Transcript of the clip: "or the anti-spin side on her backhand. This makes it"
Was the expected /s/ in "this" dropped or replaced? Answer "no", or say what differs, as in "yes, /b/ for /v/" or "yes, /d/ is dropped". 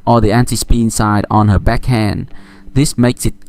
no